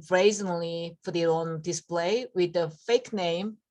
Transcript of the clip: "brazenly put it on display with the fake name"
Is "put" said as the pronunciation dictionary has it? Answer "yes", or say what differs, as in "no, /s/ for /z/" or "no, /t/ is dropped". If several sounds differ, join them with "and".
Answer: no, /f/ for /p/